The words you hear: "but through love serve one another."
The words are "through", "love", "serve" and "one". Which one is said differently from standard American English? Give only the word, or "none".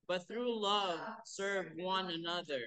none